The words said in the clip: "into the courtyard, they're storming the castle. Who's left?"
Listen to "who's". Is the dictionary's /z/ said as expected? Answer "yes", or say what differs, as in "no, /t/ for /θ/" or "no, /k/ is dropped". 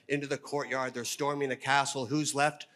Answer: yes